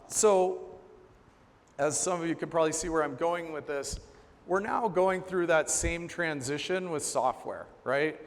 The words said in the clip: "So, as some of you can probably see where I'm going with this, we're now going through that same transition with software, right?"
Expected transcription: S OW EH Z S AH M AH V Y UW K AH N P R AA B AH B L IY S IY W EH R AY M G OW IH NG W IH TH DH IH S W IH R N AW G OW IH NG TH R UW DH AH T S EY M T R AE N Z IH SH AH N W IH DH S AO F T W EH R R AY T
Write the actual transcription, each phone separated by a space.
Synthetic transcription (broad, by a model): S OW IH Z S AH M AH V Y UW K AH N P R AA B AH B L IY S IY W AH R AY M G OW IH NG W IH DH IH S W IH R N AW G OW IH NG TH R UW DH AH T S EY M T R AE N Z IH SH AH N W IH DH S AO F T W EH R R AY T